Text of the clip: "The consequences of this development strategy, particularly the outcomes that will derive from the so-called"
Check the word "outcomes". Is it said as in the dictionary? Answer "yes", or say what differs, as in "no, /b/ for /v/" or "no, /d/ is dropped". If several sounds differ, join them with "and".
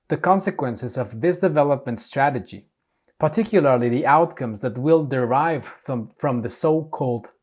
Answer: yes